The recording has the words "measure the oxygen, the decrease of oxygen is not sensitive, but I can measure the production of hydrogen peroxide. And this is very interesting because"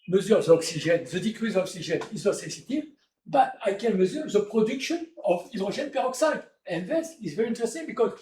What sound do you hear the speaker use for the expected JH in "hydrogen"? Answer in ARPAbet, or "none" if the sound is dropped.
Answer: ZH